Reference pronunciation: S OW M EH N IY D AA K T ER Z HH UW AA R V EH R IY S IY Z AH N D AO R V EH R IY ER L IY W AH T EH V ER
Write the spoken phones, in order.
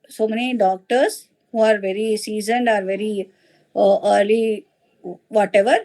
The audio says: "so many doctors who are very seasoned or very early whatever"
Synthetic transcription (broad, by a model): S OW M EH N IY D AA K T ER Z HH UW AA R V EH R IY S IY Z AH N D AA R V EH R IY ER L IY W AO T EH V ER